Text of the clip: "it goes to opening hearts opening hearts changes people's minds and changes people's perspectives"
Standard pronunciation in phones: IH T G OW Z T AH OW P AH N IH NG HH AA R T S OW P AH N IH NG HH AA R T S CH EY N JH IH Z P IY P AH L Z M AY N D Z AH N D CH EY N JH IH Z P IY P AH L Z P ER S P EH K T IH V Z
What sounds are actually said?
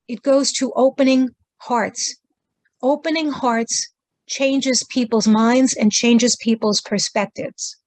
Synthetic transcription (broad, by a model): IH T G OW Z T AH OW P AH N IH NG HH AA R T S OW P AH N IH NG HH AA R T S CH EY N JH IH Z P IY P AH L Z M AY N D Z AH N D CH EY N JH IH Z P IY P L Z P ER S P EH K T IH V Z